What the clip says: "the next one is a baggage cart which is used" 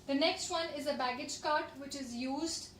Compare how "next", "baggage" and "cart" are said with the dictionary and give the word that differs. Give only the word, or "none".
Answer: none